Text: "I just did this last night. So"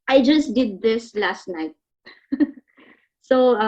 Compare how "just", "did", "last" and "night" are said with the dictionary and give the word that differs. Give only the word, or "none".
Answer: none